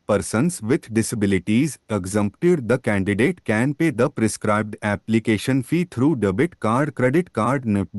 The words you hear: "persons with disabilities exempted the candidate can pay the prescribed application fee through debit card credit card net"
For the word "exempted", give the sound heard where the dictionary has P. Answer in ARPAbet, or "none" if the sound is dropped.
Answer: P